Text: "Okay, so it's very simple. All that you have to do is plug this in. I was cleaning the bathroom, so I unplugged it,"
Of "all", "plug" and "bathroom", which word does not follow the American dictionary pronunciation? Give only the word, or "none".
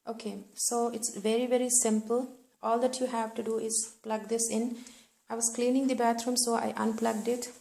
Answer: bathroom